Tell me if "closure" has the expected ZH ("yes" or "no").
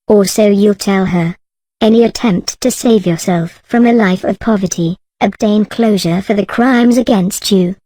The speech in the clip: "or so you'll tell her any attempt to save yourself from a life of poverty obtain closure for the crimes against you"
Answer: yes